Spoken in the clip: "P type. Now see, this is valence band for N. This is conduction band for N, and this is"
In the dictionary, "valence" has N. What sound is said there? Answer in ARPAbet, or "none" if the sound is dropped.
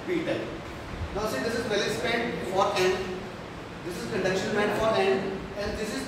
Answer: none